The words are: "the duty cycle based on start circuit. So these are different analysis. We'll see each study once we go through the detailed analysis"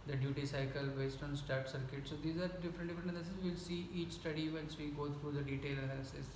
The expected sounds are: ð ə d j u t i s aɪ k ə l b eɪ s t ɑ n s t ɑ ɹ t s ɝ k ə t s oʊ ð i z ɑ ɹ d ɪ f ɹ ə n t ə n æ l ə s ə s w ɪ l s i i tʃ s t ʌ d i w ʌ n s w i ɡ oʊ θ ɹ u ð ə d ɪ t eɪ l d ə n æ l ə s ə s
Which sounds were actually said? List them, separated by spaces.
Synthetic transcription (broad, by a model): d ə d j u t i s aɪ k ə l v eɪ s t ɑ n s t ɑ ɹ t s ɝ k ə t s oʊ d i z ɑ ɹ d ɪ f ɹ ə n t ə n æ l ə s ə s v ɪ l s i i tʃ s t ʌ d i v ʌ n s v i ɡ oʊ t ɹ u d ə d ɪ t eɪ l ə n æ l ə s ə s